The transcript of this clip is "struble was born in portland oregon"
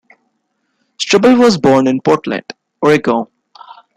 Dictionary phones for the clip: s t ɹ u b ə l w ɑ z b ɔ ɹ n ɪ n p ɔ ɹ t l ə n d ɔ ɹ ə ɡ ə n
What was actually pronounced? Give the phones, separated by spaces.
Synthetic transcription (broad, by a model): s t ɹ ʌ b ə l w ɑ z b ɔ ɹ n ɪ n p ɔ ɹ t l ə n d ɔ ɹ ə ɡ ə